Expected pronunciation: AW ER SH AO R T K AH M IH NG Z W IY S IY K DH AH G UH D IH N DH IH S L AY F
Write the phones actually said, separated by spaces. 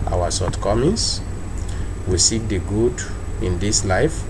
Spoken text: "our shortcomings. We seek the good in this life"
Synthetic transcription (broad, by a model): AW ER S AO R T K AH M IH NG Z W IY S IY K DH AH G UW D IH N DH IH S L AY F